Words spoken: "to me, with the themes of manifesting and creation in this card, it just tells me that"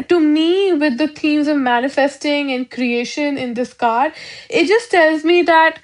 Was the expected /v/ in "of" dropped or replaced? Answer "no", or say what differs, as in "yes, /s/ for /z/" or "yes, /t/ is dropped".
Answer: no